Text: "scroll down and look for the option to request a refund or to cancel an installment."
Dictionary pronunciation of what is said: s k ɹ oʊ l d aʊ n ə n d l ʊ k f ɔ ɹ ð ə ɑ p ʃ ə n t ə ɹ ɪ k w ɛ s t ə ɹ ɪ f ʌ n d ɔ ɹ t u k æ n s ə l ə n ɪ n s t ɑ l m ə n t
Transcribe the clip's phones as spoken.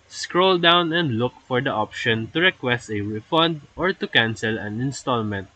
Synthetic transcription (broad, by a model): s k ɹ oʊ l d aʊ n ə n d l ʊ k f ɔ ɹ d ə ɑ p ʃ ə n t ə ɹ ɪ k w ɛ s t ə w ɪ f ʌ n d ɔ ɹ t u k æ n s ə l ə n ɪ n s t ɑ l m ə n t